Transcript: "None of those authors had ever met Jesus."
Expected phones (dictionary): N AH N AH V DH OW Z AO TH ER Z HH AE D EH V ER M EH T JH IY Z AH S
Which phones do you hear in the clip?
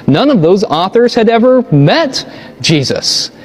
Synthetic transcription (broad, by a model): N AH N AH V DH OW Z AO TH ER Z HH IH D EH V ER M EH T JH IY Z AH S